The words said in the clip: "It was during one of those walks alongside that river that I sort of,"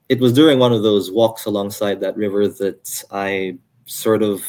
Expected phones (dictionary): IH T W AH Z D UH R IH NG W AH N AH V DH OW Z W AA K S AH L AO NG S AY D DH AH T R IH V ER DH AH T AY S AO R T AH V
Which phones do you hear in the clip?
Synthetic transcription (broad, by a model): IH T W AH Z D UH R IH NG W AH N AH V DH OW Z W AA K S AH L AO NG S AY D DH AH T R IH V ER DH AH T AY S AO R T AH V